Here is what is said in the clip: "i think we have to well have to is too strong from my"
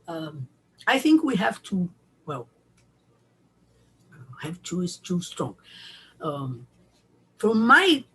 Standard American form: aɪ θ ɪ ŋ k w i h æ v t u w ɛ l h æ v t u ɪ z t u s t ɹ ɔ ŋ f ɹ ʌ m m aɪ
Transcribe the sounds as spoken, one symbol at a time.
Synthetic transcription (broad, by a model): aɪ θ ɪ ŋ k w i h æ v t u w ɛ l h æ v t u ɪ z t u s t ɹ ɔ ŋ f ɹ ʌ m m aɪ